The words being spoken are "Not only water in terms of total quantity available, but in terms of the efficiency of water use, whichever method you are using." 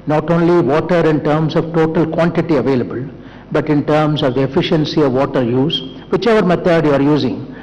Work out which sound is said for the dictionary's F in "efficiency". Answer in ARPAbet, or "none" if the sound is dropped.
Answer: F